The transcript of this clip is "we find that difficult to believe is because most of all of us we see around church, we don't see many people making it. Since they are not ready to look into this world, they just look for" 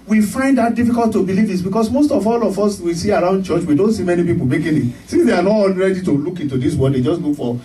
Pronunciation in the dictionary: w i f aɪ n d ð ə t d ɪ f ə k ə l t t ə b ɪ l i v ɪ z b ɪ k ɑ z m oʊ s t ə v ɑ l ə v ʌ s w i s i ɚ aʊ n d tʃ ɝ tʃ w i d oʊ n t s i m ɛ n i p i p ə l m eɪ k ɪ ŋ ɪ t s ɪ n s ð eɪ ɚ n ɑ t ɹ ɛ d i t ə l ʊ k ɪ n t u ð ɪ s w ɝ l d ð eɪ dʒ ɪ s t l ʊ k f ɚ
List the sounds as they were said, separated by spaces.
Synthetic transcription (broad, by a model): w i f aɪ n d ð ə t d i f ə k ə l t t ə b ɪ l i v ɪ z b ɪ k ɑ s m oʊ s t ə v ɑ l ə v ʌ s w i s i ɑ aʊ n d tʃ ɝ tʃ w i d oʊ n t s i m ɛ n i p i p ə l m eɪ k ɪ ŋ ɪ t s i n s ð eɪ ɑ n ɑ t ɹ ɛ d i t ə l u k ɪ n t u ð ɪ s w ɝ d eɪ dʒ ɪ s t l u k f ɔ